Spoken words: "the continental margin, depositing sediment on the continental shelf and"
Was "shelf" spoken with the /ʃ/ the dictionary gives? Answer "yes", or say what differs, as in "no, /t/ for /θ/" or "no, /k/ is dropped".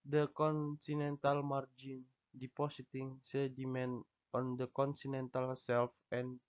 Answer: no, /s/ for /ʃ/